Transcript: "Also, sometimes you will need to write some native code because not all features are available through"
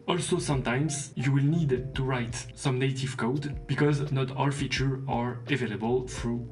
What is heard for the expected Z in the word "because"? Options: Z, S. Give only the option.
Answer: Z